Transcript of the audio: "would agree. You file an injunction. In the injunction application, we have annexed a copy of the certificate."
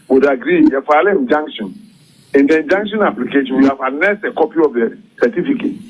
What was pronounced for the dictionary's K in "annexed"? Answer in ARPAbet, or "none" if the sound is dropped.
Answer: none